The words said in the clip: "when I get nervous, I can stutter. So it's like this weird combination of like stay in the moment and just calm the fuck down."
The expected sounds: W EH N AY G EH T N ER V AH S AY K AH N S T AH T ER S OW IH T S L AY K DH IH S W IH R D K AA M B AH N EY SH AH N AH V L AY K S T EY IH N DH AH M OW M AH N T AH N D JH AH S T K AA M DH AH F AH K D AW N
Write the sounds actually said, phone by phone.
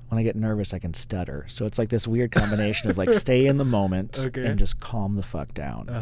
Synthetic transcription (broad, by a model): W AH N AY G EH T N ER V AH S AY K AH N S T AH T ER S OW IH T S L AY K DH IH S W IH R D K AA M B AH N EY SH AH N AH V L AY K S T EY IH N DH AH M OW M AH N T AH N JH AH S K AA M DH AH F AH K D AW N